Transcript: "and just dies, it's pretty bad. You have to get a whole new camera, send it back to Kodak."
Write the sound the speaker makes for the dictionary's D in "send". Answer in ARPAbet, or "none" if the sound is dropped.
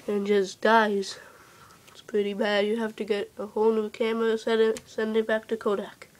D